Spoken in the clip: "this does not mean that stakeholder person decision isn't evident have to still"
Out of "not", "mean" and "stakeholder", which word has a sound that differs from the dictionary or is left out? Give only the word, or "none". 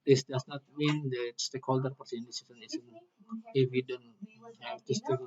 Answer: none